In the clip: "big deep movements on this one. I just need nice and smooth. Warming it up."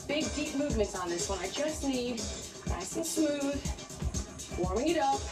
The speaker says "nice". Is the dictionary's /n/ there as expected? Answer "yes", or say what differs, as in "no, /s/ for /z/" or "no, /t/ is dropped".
no, /l/ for /n/